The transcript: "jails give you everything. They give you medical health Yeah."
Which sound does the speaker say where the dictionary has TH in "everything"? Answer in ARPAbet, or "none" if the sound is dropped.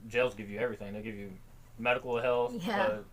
TH